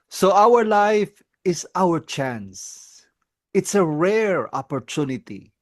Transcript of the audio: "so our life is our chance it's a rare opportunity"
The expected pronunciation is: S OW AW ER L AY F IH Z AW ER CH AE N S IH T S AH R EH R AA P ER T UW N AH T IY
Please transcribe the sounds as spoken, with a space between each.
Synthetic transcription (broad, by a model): S OW AW ER L AY F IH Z AW ER CH AE N S IH T S AH R EH R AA P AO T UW N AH T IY